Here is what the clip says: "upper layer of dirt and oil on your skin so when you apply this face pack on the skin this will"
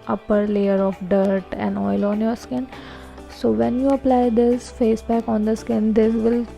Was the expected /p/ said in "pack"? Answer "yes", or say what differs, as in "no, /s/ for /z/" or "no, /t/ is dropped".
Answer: no, /b/ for /p/